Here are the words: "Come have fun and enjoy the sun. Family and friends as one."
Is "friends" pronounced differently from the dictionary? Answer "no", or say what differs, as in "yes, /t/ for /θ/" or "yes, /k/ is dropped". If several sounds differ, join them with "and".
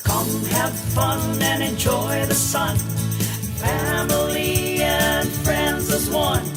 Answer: no